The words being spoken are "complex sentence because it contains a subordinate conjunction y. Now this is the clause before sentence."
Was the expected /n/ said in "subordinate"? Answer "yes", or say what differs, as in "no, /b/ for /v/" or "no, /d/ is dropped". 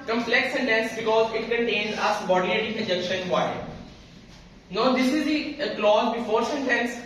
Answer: no, /l/ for /n/